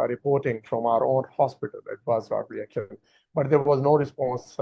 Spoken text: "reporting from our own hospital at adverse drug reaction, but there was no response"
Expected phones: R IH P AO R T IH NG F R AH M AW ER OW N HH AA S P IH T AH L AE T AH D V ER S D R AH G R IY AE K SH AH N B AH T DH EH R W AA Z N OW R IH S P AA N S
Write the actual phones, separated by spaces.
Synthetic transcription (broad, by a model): R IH P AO R T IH NG F R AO M AW ER OW N HH AA S P IH T AH L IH T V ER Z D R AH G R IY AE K AH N B AH T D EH R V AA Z N OW R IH S P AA N S